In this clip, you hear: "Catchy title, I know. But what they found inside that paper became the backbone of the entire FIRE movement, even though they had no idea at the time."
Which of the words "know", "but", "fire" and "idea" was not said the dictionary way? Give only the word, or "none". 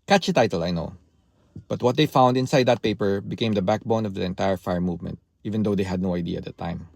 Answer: none